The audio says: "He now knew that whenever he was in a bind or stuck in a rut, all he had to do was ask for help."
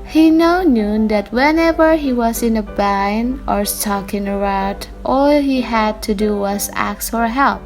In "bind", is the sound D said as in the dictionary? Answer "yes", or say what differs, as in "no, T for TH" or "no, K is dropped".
no, D is dropped